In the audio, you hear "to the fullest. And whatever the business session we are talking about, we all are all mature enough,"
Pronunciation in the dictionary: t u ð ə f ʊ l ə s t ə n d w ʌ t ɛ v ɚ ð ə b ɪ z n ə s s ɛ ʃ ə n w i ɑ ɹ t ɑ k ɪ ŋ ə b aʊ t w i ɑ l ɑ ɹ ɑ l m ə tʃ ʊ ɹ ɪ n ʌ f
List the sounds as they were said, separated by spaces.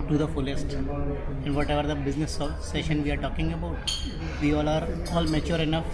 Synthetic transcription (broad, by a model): t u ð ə f ʊ l ə s t ə n d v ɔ t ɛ v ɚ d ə b ɪ z n ə s s ɛ ʃ ə n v i ɑ ɹ t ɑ k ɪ ŋ ə b aʊ t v i ɑ l ɑ ɹ ɑ l m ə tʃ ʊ ɹ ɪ n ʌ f